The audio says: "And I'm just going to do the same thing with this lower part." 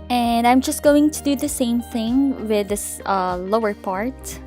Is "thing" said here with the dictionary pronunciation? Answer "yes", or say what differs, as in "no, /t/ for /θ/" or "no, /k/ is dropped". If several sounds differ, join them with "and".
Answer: yes